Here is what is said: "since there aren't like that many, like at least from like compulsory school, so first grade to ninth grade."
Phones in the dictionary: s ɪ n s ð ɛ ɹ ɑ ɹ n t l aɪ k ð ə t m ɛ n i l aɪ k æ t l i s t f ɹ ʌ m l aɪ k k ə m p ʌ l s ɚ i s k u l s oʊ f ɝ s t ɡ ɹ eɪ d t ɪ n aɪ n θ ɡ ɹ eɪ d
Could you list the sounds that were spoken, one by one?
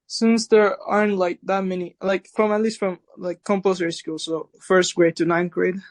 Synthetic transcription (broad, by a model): s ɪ n s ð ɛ ɹ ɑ ɹ n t l aɪ k ð ə t m ɛ n i l aɪ k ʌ t l i s t f ɹ ʌ m l aɪ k k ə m p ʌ s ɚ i s k u l s oʊ f ɝ s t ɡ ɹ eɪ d t ɪ n aɪ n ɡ ɹ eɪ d